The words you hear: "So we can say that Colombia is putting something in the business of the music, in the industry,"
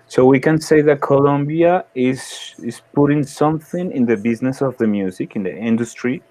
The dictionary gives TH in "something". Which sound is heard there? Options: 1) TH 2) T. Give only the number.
1